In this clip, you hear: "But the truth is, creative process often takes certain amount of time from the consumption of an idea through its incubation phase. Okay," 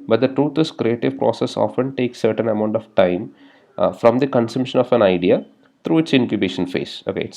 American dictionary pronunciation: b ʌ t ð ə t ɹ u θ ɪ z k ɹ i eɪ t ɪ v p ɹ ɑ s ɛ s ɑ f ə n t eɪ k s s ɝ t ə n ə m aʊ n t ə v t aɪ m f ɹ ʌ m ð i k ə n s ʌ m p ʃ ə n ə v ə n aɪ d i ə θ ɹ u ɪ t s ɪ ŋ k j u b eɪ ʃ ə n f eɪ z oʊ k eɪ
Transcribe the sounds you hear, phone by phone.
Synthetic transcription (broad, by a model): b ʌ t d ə t ɹ u t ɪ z k ɹ i eɪ t ɪ v p ɹ ɑ s ɛ s ɑ f ə n t eɪ k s s ɝ t ə n ə m aʊ n t ə v t aɪ m f ɹ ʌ m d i k ə n s ʌ m p ʃ ə n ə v ə n aɪ d i ə t ɹ u ɪ t s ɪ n k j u b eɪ ʃ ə n f eɪ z oʊ k eɪ